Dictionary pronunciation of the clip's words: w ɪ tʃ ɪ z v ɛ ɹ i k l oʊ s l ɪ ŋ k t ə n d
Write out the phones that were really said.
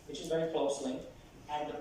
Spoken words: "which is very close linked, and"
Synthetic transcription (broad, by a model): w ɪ tʃ ɪ z v ɛ ɹ i k l oʊ s l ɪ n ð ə